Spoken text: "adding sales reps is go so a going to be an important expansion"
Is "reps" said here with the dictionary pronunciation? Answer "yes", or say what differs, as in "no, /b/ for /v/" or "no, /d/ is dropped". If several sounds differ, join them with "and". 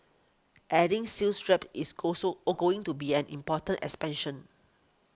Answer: no, /s/ is dropped